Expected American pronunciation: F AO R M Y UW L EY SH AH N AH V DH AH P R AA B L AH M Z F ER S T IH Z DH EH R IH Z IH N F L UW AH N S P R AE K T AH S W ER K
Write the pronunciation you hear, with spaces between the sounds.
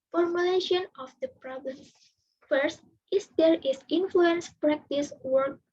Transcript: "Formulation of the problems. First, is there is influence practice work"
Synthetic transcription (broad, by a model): F AO R M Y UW L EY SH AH N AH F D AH P R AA B L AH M F ER S T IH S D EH R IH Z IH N F L UW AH N S P R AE K T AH S W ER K